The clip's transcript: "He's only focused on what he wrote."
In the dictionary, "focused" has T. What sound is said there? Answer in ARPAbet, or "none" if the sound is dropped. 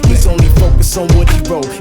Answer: none